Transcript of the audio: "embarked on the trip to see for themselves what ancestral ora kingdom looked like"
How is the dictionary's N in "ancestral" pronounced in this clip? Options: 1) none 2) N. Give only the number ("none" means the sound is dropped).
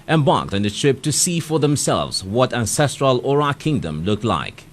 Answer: 2